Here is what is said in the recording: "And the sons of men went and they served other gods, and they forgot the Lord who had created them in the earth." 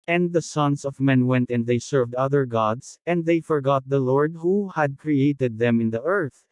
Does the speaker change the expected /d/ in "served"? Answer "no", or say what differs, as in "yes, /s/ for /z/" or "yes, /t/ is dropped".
no